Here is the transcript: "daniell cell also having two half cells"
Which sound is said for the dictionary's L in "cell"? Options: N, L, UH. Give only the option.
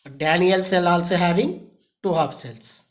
L